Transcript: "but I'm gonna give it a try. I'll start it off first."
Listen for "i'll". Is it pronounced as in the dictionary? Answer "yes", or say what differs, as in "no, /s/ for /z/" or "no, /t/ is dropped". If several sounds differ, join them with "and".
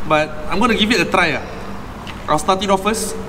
no, /w/ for /l/